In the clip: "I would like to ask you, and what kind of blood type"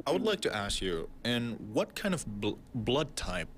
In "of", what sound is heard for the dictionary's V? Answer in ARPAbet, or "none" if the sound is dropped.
V